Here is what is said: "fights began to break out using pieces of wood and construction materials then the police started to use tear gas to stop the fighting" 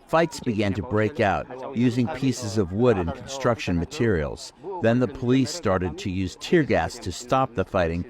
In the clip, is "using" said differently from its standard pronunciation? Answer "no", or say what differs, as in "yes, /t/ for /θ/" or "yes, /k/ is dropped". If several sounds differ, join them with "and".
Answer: no